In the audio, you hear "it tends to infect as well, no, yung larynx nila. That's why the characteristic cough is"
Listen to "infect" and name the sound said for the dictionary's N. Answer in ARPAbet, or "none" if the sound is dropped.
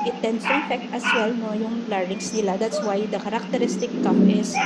none